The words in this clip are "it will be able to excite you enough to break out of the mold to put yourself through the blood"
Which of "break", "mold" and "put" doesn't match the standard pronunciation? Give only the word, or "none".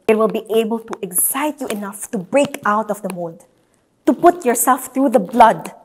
mold